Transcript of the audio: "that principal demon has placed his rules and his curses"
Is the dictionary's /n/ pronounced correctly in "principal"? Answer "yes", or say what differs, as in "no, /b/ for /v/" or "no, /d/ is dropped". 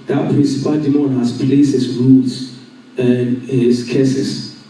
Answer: yes